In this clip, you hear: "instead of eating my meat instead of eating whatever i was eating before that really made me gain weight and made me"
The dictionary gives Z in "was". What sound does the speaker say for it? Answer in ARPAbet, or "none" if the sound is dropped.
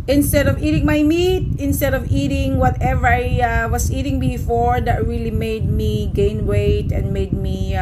S